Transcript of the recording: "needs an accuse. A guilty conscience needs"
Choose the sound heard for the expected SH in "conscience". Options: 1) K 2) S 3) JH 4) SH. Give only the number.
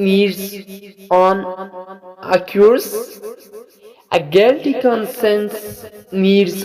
2